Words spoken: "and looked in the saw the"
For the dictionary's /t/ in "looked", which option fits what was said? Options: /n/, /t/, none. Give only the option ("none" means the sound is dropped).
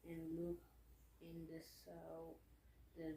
none